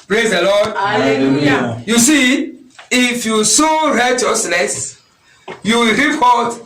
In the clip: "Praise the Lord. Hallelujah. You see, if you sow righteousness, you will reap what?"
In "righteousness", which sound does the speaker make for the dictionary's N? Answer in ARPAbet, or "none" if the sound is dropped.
L